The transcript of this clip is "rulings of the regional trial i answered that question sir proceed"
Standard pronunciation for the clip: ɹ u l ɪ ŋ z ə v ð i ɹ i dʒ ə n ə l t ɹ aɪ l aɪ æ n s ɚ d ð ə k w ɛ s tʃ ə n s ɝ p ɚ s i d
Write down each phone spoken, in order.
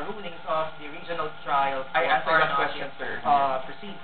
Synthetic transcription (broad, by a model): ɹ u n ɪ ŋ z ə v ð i ɹ i dʒ ə n ə l t ɹ aɪ l aɪ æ s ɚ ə k w ɛ s tʃ ə n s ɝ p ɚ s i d